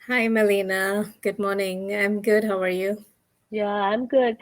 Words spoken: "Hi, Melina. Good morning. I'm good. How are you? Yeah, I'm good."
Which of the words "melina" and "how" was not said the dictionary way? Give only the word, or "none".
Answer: none